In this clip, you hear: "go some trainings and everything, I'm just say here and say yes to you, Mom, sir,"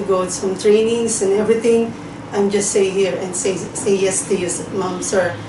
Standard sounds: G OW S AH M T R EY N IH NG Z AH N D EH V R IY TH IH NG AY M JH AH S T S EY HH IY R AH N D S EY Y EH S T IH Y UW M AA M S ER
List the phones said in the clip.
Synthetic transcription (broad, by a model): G OW S AH M T R EY N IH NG S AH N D EH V R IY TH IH NG AY M JH AH S T S EY HH IY R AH N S S EY Y EH S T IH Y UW M AA M S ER